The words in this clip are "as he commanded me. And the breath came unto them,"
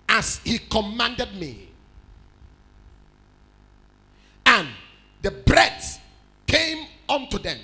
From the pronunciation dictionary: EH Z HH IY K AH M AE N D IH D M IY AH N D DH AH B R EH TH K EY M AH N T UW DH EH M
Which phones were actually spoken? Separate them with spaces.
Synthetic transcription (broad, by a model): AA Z HH IY K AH M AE N D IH D M IY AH N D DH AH B R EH S K EY M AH N T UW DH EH M